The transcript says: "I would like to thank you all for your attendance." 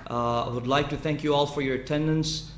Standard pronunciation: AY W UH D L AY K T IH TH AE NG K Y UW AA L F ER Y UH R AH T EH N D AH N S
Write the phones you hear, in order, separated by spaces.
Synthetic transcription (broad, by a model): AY W UH D L AY K T IH TH AE NG K Y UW AA L F ER Y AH R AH T EH N D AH N S